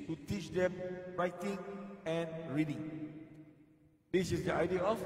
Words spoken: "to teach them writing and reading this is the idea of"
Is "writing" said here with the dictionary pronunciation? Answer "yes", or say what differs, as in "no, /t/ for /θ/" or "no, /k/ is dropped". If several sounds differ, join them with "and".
yes